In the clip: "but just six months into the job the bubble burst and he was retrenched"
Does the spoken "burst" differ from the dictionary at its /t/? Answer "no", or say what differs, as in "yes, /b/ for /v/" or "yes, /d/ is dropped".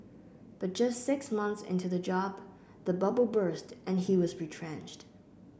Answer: no